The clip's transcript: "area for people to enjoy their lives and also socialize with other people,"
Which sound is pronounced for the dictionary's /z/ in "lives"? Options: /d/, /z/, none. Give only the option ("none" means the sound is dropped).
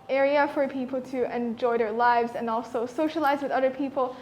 /z/